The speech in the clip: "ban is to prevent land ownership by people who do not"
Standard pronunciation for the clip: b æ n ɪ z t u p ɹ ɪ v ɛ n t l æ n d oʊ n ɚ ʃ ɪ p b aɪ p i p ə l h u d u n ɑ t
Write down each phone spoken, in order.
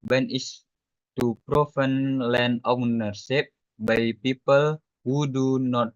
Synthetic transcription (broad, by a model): b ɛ n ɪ s t u p ɹ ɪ f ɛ n l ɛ n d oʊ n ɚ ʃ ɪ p b aɪ p i p ə l h u d u n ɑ t